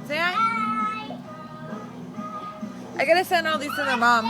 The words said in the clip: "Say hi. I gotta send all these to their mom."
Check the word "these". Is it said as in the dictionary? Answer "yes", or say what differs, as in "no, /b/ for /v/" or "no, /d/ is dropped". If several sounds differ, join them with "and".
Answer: no, /s/ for /z/